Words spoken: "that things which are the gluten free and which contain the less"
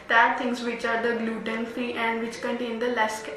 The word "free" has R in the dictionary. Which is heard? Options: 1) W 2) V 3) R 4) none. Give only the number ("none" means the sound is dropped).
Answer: 4